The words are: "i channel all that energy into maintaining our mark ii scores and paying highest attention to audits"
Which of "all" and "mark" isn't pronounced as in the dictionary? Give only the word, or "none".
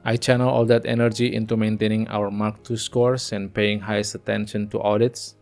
none